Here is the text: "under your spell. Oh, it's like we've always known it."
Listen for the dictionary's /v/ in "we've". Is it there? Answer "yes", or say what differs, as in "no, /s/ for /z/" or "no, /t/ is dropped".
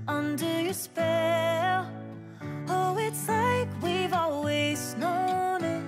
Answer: yes